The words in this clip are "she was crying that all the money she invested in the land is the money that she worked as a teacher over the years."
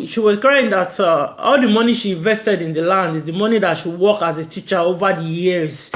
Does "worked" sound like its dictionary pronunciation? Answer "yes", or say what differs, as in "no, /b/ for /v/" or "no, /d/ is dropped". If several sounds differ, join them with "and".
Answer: no, /t/ is dropped